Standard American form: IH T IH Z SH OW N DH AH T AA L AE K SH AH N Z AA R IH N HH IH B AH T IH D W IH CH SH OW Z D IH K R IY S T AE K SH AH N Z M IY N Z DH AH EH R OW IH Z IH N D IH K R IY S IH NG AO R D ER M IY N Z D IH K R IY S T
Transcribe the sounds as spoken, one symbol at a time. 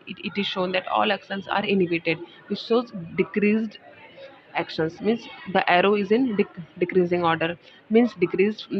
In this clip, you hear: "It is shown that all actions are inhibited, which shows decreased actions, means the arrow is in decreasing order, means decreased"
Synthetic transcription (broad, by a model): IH T IH Z SH OW N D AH T AA L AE K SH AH N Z AA R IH N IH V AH T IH D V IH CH S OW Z D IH K R IY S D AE K SH AH N S M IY N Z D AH EH R OW IH Z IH N D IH K R IY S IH NG AO R D ER M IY N S D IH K R IY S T